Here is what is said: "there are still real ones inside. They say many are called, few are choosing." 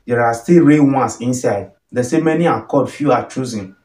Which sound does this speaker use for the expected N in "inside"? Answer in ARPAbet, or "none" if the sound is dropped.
N